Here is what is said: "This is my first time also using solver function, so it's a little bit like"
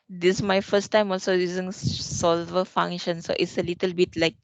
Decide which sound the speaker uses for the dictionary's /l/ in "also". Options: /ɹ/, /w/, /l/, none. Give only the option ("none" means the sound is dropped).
/l/